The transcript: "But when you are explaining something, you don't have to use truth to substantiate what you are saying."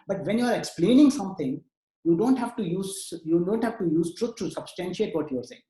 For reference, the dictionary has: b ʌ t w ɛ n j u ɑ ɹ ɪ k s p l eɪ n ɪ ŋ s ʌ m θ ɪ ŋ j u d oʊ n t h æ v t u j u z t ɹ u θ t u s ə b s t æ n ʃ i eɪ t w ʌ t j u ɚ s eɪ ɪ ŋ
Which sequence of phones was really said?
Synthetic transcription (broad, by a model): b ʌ t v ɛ n j u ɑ ɹ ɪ k s p l eɪ n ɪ ŋ s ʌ m t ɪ ŋ j u d oʊ n t h æ v t u j u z t ɹ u t t u s ə b s t æ n ʃ i eɪ t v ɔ t j u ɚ s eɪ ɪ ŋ